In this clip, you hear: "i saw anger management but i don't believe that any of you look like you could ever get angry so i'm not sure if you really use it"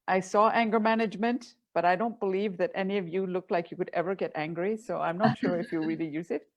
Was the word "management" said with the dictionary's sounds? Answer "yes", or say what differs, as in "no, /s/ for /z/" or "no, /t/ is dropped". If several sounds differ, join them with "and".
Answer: yes